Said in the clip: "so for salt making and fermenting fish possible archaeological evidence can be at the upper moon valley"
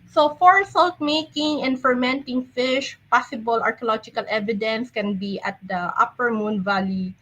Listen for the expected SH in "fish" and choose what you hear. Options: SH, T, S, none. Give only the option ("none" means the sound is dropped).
SH